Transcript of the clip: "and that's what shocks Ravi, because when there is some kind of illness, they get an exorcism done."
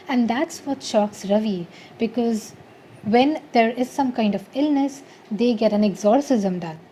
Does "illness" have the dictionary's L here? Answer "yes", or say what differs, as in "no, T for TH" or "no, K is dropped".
yes